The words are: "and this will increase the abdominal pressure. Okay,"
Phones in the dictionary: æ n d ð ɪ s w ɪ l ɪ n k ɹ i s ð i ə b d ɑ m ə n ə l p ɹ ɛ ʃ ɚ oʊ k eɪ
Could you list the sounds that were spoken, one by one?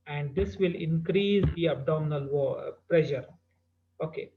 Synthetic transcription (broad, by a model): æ n d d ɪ s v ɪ l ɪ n k ɹ i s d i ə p d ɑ ə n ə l p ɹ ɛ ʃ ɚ oʊ k eɪ